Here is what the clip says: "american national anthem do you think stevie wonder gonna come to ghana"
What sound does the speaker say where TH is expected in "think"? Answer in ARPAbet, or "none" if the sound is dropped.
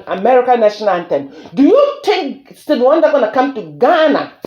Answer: T